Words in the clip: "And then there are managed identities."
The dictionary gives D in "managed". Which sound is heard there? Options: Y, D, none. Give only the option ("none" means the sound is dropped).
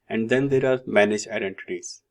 none